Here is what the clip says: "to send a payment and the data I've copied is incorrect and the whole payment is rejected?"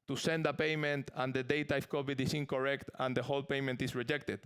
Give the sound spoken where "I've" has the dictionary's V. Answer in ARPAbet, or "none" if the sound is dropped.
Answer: F